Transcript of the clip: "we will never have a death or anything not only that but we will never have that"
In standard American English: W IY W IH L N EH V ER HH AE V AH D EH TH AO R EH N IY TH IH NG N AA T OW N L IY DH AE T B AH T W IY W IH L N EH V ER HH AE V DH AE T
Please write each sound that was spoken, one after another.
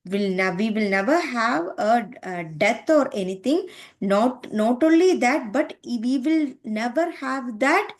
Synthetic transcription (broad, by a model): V IY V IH L N EH V ER HH AE V AH D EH T AO R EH N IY T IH NG N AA T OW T L IY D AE T B AH T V IY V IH L N EH V ER HH AE V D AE T